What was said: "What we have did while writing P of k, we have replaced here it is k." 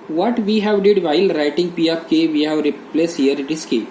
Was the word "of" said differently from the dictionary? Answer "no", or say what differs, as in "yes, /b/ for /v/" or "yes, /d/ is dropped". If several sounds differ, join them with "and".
yes, /p/ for /v/